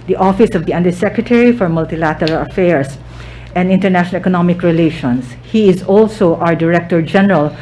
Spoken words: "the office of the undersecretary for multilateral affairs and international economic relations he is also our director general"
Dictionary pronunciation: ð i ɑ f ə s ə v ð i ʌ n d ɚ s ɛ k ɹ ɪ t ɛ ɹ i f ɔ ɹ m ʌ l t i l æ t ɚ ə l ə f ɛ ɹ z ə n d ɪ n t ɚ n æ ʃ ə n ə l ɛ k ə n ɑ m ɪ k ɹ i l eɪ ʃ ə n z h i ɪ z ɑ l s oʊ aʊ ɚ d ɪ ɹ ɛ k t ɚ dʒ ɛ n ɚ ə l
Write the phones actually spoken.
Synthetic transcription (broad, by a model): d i ɑ f ə s ə v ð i ʌ n d ɚ s ɛ k ɹ ɪ t ɛ ɹ i f ɔ ɹ m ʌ l t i l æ t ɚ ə l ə f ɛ ɹ s ə n d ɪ n t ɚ n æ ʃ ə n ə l ɛ k ə n ɑ m ɪ k ɹ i l eɪ ʃ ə n s h i ɪ z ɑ l s oʊ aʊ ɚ d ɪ ɹ ɛ k t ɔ dʒ ɛ n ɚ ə l